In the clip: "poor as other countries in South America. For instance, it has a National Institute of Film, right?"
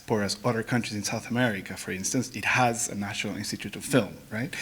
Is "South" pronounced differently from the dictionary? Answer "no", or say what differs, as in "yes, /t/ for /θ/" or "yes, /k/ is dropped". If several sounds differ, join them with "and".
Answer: no